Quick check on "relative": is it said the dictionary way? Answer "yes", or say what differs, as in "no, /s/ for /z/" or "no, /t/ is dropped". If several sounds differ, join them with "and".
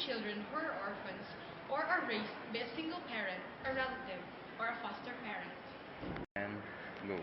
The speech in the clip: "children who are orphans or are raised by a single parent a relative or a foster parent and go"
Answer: no, /l/ is dropped